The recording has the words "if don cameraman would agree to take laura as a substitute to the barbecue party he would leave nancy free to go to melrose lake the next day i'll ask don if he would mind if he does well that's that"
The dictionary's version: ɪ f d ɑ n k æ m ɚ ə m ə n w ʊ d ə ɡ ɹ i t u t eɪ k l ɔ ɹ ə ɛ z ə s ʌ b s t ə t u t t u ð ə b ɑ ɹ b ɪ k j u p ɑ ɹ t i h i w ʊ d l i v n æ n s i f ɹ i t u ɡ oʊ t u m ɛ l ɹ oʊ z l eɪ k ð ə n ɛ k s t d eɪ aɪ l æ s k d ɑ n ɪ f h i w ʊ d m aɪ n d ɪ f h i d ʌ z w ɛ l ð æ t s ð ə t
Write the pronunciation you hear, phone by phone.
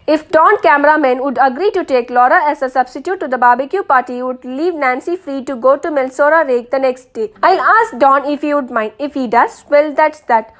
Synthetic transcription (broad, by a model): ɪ f d ɑ n k æ m ɚ ə m ə n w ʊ d ə ɡ ɹ i t u t eɪ k l ɔ ɹ ə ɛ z ə s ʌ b s t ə t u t t u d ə b ɑ b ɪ k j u p ɑ ɹ t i i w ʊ d l i v n æ n s i f ɹ i t u ɡ oʊ t u m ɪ l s oʊ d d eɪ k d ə n ɛ k s t d eɪ aɪ l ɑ s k d ɑ n ɪ f h i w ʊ d m aɪ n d ɪ f h i d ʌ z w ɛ l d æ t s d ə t